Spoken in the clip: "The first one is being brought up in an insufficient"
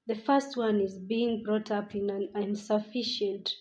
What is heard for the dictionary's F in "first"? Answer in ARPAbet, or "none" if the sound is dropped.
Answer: F